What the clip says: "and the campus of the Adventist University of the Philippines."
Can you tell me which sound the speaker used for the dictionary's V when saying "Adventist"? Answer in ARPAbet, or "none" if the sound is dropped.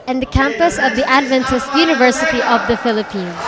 V